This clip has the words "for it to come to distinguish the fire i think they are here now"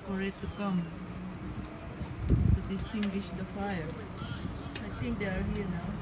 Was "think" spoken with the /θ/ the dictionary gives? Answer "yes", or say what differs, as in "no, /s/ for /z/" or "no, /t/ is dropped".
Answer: no, /t/ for /θ/